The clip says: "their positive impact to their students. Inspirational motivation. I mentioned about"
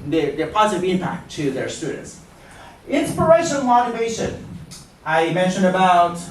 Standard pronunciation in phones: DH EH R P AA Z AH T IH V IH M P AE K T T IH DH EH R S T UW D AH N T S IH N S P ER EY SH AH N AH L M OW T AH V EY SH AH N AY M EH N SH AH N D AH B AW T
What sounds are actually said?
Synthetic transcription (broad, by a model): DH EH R P AA Z AH T IH V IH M P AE K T T IH DH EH R S T UW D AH N T S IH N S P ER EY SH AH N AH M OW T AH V EY SH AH N AY M EH N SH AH N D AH B AW T